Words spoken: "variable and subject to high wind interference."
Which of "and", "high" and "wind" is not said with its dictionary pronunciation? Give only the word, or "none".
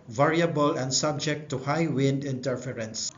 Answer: none